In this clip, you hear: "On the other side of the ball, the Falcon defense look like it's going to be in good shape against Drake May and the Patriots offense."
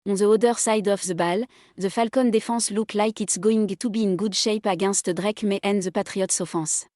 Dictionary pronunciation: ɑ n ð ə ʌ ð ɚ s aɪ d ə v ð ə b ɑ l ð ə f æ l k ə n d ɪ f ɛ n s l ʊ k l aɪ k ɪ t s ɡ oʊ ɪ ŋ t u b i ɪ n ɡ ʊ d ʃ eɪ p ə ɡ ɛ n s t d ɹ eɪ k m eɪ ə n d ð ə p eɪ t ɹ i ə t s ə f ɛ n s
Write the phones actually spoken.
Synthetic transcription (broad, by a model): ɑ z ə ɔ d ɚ s aɪ d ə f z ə b ɑ l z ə f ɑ l k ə n d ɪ f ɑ s l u k l aɪ k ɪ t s ɡ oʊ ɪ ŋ t u b i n ɡ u d ʃ eɪ p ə ɡ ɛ s t d ɹ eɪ k m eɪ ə n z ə p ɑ t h i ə t s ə f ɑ s